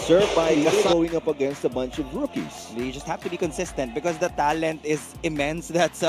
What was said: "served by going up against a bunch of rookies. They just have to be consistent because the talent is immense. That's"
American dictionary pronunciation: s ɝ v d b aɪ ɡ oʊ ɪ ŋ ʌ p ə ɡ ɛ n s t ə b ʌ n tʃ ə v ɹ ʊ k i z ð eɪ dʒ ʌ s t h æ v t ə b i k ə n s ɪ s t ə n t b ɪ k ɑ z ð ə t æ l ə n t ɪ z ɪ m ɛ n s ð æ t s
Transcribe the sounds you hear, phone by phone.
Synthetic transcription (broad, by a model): s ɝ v b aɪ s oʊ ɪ ŋ ʌ p ə ɡ ɛ n s t ə b ʌ n tʃ ə v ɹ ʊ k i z dʒ ʌ s t h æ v t ə b i k ə n s ɪ s t ə n t b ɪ k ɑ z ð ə t æ l ə n t ɪ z ɪ m ɛ n s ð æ t s